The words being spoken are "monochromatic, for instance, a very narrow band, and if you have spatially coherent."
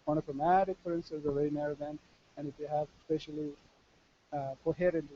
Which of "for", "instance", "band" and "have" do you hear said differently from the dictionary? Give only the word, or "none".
band